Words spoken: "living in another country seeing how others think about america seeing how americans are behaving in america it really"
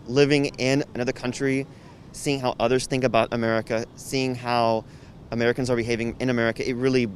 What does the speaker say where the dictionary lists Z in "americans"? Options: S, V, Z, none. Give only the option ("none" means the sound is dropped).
Z